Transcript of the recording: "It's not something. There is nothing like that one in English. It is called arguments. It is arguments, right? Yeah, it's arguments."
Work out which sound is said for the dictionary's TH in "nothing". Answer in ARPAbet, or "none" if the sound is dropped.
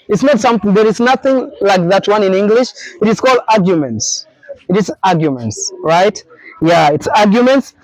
TH